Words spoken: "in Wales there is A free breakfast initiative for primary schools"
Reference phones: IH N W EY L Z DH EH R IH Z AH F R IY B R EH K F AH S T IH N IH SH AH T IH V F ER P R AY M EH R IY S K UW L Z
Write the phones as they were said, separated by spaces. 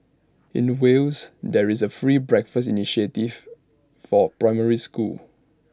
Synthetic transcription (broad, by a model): IH N W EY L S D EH R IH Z AH F R IY B R EH K F AH S T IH N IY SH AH T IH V F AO P R AY M EH R IY S K UW L